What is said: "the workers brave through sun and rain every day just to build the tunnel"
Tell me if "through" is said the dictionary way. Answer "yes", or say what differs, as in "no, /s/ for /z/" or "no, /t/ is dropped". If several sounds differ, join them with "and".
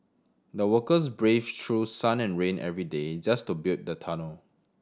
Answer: no, /t/ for /θ/